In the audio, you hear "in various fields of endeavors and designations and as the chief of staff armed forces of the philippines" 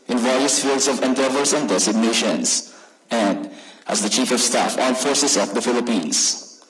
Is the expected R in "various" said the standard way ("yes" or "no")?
yes